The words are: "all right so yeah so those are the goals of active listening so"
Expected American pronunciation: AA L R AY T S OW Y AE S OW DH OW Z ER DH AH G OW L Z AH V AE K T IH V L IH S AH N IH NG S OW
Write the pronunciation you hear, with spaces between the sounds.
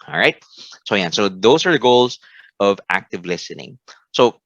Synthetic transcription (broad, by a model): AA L R AY T S OW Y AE S OW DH OW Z ER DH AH G OW L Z AH V AE K T IH V L IH S AH N IH NG S OW